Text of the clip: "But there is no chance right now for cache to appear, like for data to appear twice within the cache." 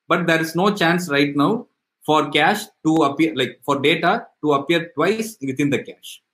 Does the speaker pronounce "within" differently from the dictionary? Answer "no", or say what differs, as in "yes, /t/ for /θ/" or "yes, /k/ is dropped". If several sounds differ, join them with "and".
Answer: yes, /t/ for /θ/